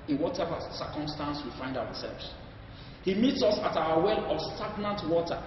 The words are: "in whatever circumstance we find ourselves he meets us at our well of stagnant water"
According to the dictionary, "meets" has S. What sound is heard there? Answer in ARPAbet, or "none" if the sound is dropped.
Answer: S